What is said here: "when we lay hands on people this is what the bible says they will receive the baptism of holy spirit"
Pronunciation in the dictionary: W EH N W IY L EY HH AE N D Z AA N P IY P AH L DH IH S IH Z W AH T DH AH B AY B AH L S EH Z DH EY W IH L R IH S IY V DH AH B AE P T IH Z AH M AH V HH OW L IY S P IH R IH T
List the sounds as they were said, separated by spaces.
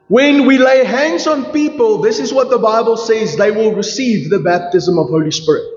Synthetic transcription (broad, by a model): W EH N W IY L EY HH AE N D Z AA N P IY P AH L DH IH S IH Z W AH T DH AH B AY B AH L S EH Z DH EY W IH L R IH S IY V DH AH B AE P T IH Z AH M AH V HH OW L IY S P IH R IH T